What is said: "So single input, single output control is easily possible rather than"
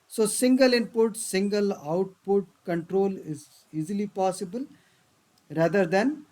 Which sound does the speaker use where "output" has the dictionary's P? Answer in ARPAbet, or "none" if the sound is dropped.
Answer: P